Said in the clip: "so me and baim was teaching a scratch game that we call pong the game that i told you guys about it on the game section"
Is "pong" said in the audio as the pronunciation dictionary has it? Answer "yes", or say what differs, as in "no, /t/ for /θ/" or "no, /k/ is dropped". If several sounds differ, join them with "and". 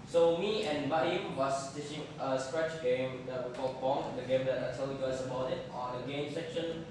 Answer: no, /b/ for /p/